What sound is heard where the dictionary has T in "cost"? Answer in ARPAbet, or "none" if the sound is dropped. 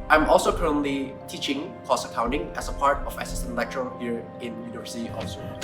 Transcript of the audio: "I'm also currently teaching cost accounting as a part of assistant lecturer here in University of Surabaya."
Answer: none